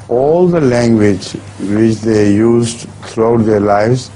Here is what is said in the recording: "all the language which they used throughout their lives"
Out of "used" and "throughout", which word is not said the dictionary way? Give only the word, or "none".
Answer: throughout